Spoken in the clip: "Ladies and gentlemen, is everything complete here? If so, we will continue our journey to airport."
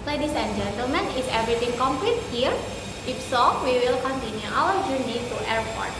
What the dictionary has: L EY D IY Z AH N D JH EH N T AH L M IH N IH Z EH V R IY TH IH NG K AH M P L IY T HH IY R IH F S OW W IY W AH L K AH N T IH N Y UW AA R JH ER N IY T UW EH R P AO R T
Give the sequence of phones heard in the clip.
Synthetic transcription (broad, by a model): L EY D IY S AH N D JH EH N T AH L M IH N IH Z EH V R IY T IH NG K AH M P L IY T HH IY R IH F S OW W IY W AH L K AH N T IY N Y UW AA L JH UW N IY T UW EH R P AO R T